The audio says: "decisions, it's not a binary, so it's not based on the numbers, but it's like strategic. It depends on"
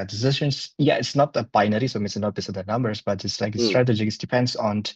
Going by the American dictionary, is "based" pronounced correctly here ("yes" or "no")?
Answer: no